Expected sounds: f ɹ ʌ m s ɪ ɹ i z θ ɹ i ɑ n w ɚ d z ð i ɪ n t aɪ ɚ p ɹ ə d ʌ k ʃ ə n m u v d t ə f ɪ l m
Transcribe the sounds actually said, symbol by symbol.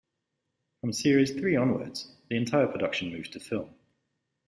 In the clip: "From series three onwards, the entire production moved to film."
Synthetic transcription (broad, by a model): f ɹ ʌ m s ɪ ɹ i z θ ɹ i ɑ n w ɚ d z ð i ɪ n t aɪ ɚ p ɹ ə d ʌ k ʃ ə n m u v t ə f ɪ l m